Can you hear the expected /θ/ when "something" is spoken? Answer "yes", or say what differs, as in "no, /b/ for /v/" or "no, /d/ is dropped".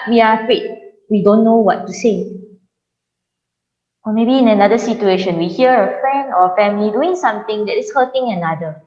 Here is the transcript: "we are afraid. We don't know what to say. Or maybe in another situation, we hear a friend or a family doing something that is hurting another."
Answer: no, /t/ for /θ/